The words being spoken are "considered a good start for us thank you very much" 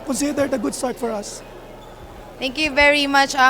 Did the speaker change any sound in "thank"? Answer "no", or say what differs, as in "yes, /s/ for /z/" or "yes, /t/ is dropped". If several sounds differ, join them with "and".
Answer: yes, /t/ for /θ/